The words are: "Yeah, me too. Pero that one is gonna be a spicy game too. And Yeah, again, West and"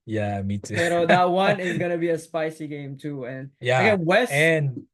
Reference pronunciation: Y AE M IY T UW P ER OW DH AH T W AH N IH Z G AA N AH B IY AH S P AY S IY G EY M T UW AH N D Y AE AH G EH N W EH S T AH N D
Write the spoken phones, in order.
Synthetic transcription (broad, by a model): Y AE M IY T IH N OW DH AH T W AH N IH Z G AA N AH B IY AH S P AY S IY G EY M T UW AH N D Y AE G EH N W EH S AH N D